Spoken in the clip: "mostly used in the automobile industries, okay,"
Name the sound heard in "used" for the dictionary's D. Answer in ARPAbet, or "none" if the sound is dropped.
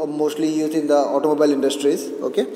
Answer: none